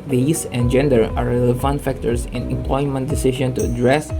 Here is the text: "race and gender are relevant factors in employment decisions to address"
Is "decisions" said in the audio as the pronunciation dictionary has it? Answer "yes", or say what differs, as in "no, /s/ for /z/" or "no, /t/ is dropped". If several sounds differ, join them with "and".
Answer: no, /z/ is dropped